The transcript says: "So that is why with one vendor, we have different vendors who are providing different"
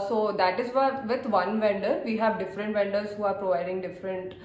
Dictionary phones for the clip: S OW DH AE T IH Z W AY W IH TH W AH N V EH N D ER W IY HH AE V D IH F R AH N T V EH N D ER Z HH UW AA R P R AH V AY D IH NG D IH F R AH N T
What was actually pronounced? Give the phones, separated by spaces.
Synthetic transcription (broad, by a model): S OW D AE T IH Z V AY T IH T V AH N V EH N D ER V IY HH AE V D IH F R AH N T V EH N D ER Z HH UW AA R P R AH V AY D IH NG D IH F R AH N T